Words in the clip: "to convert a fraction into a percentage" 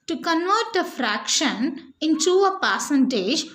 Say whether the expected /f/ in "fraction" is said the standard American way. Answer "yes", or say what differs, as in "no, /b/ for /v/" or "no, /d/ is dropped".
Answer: yes